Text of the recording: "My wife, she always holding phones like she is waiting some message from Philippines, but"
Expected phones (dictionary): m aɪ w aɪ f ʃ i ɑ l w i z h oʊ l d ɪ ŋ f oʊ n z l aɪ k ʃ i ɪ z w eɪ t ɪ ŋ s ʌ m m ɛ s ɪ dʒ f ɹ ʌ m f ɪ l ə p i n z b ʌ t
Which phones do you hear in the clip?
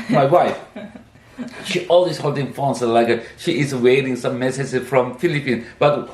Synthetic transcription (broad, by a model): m aɪ w aɪ f ʃ i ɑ l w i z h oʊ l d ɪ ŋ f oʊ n s l aɪ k ʃ i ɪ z w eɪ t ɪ ŋ s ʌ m m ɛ s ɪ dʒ f ɹ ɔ m f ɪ l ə p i n b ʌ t